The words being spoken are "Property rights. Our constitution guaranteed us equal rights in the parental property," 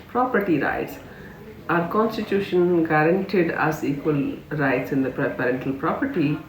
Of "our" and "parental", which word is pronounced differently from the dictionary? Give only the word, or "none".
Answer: none